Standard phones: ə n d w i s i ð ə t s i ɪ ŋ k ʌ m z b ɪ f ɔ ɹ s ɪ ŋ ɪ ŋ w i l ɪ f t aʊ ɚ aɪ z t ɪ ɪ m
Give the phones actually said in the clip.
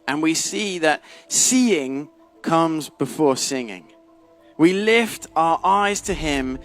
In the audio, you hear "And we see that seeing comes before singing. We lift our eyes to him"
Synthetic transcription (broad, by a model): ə n w i s i ð ə t s i ɪ ŋ k ʌ m z b ɪ f ɔ ɹ s ɪ ŋ ɪ ŋ w i l ɪ f t aʊ ɚ aɪ z t ɪ ɪ m